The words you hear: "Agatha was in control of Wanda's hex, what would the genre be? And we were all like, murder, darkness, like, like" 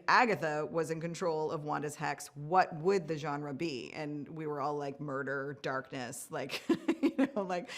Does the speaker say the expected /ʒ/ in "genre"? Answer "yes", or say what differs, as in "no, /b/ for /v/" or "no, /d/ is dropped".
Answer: yes